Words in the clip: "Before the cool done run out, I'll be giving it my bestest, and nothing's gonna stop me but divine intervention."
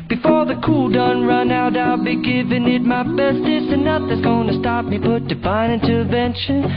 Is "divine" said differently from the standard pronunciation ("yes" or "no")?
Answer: yes